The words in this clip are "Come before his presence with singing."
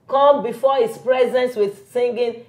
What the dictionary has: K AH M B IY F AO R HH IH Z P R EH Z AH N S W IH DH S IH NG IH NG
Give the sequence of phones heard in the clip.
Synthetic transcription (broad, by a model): K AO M B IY F AO HH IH S P R EH Z AH N S W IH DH S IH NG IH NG